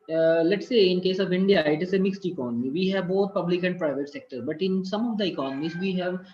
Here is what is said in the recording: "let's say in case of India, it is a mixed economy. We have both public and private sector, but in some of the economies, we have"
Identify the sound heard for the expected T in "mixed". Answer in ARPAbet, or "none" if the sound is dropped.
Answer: T